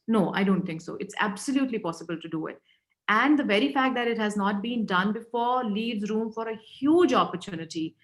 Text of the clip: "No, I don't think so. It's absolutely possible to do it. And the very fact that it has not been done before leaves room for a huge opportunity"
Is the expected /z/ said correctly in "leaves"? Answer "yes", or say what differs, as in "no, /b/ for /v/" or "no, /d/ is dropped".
yes